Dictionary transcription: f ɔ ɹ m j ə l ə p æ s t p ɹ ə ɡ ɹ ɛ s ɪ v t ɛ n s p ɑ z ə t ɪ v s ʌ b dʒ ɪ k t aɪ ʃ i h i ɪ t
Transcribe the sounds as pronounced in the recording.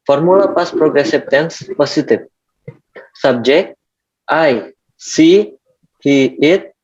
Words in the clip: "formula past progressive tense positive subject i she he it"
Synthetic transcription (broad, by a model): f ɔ ɹ m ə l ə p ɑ s p ɹ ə ɡ ɹ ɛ s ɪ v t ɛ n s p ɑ s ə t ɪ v s ʌ b dʒ ɪ k t aɪ s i h i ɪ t